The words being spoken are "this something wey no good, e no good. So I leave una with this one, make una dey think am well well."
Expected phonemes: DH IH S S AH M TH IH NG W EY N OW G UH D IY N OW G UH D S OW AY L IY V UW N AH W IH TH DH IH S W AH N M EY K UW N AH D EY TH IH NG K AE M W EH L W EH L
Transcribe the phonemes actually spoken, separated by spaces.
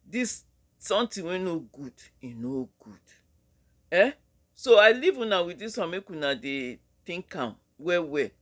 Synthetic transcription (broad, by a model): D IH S S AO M T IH W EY N OW G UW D IY N OW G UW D S OW AY L IY V UW N AH W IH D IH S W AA M EY K UW N AH D EY T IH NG K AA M W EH W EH